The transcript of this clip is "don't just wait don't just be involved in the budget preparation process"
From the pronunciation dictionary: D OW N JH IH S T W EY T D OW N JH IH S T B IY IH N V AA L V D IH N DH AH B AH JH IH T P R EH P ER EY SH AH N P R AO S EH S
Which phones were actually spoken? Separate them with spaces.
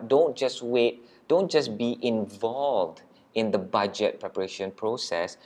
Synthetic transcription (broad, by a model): D OW N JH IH S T W EY T D OW N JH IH S B IY IH N V AA L V D IH N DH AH B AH JH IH T P R EH P ER EY SH AH N P R AO S EH S